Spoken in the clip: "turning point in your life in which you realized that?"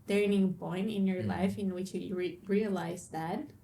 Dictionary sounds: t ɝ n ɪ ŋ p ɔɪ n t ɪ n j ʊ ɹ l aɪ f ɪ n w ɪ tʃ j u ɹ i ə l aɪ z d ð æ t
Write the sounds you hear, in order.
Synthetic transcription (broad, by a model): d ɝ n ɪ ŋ b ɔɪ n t ɪ n j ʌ ɹ l aɪ f ɪ n w ɪ tʃ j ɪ ɹ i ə l aɪ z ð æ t